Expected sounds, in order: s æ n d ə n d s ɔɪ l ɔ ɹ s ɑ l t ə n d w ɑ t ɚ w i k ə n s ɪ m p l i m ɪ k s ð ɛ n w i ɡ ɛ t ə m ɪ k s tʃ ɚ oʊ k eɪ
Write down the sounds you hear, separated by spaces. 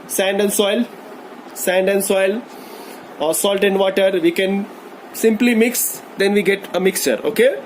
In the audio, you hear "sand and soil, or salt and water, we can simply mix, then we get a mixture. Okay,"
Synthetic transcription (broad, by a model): s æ n d ə n d s ɔɪ l ɔ l s ɑ l t ə n d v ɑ t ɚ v i k ə n s ɪ m p l i m ɪ k s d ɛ n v i ɡ ɛ t ə m ɪ k s tʃ ɚ oʊ k eɪ